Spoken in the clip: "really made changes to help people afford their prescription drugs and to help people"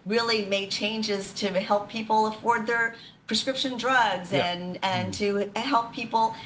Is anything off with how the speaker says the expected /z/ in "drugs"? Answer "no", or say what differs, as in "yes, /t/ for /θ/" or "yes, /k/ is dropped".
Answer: no